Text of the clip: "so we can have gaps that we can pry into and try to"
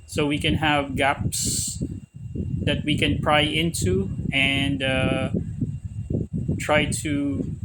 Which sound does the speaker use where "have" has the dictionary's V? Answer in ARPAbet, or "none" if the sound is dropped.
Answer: V